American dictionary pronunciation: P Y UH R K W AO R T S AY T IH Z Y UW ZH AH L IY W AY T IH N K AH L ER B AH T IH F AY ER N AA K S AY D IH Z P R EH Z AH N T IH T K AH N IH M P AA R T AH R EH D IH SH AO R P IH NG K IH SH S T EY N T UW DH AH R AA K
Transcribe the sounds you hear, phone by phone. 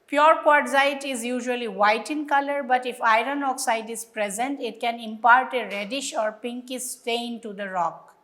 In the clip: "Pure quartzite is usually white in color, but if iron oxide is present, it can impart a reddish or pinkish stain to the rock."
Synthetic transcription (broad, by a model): P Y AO R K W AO R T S AY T IH Z Y UW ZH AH L IY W AY T IH N K AH L ER B AH T IH F AY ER N AA K S AY D IH Z P R EH Z AH N T IH T K AH N IH M P AA R T AH R EH D IH SH AO R P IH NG K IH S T EY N T UW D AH R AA K